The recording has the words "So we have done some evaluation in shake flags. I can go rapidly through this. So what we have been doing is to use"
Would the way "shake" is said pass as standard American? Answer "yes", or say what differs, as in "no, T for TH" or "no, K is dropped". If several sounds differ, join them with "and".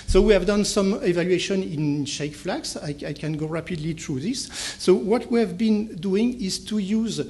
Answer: yes